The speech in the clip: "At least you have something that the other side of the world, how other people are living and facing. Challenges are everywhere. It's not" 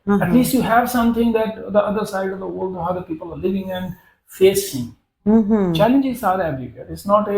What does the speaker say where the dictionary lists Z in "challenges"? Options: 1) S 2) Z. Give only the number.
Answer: 1